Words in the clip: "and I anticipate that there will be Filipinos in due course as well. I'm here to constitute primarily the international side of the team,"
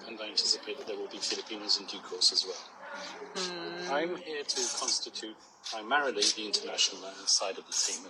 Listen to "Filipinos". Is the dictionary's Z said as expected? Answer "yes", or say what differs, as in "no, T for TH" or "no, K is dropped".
yes